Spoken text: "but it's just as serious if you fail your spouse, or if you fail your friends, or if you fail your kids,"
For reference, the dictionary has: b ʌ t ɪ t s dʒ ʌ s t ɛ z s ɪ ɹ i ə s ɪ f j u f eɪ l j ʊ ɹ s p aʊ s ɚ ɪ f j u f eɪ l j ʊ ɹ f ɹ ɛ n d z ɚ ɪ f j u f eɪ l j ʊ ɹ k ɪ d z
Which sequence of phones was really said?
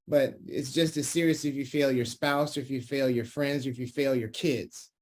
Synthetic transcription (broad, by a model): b ʌ t ɪ t s dʒ ʌ s t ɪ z s ɪ ɹ i ə s ɪ f j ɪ f eɪ l j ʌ ɹ s p aʊ s ɚ ɪ f j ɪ f eɪ l j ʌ ɹ f ɹ ɛ n d z ɚ ɪ f j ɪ f eɪ l j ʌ ɹ k ɪ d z